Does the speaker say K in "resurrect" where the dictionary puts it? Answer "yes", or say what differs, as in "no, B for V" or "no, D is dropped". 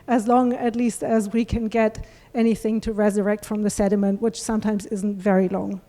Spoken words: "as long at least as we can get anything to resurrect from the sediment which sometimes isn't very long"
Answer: yes